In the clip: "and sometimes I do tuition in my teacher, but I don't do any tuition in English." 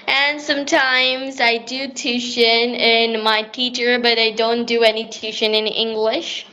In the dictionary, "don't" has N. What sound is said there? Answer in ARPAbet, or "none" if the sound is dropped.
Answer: N